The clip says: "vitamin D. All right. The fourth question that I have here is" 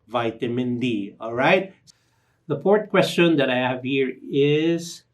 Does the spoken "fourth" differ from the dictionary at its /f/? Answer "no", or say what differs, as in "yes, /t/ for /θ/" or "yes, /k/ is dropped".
yes, /p/ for /f/